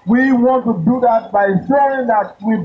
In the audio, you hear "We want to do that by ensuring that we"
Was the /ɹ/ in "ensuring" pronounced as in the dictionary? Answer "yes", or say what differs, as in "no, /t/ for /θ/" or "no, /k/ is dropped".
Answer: no, /ɹ/ is dropped